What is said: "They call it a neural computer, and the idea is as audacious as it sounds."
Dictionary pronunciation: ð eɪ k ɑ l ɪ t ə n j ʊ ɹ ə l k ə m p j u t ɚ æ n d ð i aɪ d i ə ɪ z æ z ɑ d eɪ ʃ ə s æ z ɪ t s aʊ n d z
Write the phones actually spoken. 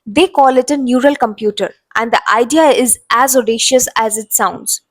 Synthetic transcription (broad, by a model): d eɪ k ɑ l ɪ t ə n j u ɹ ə l k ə m p j u t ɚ æ n d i aɪ d i ə ɪ z æ z ɑ d eɪ ʃ ə s æ z ɪ t s aʊ n d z